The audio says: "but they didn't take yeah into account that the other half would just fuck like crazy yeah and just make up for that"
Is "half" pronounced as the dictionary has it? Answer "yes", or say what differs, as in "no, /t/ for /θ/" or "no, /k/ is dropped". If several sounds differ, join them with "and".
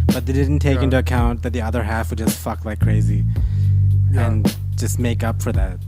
yes